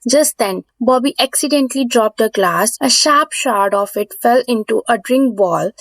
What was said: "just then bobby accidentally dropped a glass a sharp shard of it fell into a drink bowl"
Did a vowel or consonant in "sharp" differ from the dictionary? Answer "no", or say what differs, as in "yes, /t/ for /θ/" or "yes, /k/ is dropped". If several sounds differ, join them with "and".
no